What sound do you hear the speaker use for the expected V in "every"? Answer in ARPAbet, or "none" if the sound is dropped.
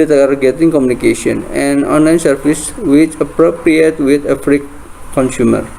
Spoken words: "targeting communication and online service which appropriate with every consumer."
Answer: F